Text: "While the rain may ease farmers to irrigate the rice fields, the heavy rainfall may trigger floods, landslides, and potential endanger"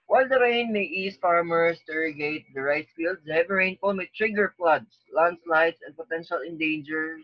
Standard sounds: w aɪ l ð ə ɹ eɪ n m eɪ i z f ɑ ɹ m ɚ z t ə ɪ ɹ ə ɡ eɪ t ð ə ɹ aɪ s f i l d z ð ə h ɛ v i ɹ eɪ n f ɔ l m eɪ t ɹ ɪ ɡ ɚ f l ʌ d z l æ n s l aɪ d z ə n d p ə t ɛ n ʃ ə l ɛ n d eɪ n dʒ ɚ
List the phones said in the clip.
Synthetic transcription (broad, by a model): w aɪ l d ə ɹ eɪ n m eɪ i s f ɑ ɹ m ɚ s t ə ɹ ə ɡ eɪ t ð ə ɹ aɪ s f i l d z h ɛ v i ɹ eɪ n p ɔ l m eɪ t ɹ ɪ ɡ ɚ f l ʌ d s l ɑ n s l aɪ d s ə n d p ə t ɛ n ʃ ə l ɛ n d eɪ n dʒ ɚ